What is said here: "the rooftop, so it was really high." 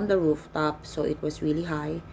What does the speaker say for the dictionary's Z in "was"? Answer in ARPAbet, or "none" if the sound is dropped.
S